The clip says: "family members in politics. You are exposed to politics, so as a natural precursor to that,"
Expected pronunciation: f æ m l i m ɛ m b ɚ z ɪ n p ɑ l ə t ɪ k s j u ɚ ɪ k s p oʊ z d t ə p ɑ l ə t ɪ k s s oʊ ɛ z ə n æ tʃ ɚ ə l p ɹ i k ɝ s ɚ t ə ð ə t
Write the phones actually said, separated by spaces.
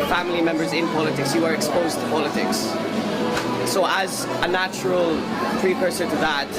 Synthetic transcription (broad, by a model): f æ m l i m ɛ m b ɚ z ɪ n p ɑ l ə t ɪ k s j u ɚ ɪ k s p oʊ z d t ə p ɑ l ə t ɪ k s s oʊ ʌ z ə n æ tʃ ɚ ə l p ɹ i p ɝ s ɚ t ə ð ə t